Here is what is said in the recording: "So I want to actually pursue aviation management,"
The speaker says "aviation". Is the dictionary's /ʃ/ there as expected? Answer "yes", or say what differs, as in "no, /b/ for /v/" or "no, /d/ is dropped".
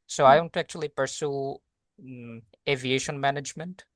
yes